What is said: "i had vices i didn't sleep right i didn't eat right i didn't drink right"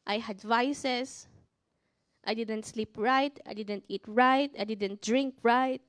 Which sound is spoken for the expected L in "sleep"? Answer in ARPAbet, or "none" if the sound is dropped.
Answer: L